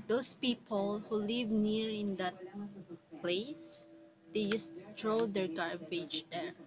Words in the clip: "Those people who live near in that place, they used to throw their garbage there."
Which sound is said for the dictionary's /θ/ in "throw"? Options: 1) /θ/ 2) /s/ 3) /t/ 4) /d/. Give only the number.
3